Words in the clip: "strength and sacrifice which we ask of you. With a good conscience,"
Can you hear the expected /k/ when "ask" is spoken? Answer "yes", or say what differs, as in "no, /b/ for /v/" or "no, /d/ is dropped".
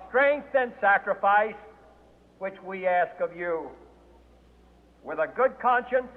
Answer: yes